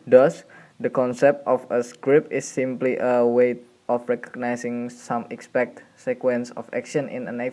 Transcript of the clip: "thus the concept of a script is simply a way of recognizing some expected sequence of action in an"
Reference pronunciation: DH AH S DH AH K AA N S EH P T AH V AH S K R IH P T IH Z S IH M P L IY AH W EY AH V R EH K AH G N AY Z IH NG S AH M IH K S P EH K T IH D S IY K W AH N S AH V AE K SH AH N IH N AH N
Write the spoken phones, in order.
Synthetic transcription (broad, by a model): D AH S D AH K AA N S EH P T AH F AH S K R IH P IH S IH M P L IY AH W EY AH F R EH K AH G N AY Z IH NG S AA M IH K S P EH K T S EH K W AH N S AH F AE K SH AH N IH N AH N